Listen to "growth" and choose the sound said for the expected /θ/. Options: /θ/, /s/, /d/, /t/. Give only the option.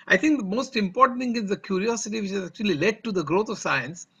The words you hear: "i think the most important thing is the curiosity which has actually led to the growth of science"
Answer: /t/